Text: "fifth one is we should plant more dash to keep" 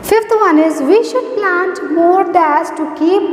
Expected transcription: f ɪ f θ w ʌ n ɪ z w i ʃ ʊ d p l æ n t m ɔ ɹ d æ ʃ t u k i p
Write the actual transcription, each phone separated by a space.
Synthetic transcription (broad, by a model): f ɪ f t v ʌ n ɪ z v i ʃ ʊ d p l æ n t m ɔ ɹ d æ s t u k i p